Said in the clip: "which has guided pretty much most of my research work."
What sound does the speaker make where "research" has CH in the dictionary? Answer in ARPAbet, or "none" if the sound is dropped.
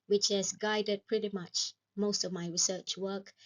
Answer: CH